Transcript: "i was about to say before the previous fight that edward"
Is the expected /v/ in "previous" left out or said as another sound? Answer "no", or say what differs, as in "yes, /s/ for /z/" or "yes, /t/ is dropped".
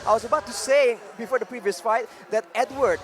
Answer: no